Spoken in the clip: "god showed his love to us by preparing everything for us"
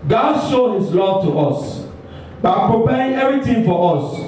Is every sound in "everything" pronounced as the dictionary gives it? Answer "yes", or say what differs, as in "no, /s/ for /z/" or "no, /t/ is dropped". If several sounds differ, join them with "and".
no, /t/ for /θ/